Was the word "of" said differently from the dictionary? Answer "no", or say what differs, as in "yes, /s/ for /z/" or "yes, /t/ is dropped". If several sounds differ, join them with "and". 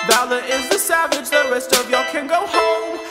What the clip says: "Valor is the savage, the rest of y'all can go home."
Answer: no